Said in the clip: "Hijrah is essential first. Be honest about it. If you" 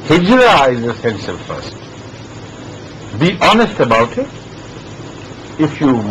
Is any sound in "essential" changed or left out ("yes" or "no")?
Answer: yes